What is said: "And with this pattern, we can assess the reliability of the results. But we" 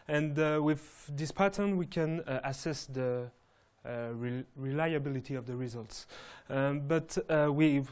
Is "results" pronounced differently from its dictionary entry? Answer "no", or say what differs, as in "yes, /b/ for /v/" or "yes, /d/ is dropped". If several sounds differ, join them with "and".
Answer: no